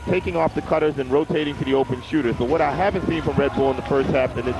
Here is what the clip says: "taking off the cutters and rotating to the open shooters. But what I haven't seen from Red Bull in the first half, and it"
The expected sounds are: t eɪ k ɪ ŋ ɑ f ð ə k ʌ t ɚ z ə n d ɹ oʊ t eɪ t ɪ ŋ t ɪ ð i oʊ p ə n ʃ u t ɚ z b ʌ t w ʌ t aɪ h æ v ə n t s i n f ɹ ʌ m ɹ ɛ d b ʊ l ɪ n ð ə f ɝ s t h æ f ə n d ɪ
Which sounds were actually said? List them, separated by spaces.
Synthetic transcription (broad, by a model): t eɪ k ɪ ŋ ɑ f ð ə k ʌ t ɚ z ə n ɹ oʊ t eɪ t ɪ ŋ t ɪ ð i oʊ p ə n ʃ u t ɚ z b ʌ t w ʌ t aɪ h æ v ə n t s i n f ɹ ʌ m ɹ ɛ d b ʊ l ɪ n ð ə f ɝ s t h æ f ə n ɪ